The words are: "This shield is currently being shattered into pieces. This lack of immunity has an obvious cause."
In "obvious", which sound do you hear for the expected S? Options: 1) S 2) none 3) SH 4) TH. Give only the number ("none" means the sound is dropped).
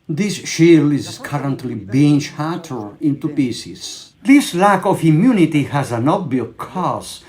2